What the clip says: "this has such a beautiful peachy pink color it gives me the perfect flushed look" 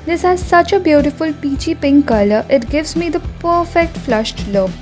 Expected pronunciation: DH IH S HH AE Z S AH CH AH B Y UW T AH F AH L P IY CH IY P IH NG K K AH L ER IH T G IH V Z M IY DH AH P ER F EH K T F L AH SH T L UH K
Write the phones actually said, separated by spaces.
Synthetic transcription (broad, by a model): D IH S HH AE Z S AH CH AH B Y UW T AH F AH L P IY CH IY P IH NG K K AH L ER IH T G IH V Z M IY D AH P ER F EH K T F L AH SH T L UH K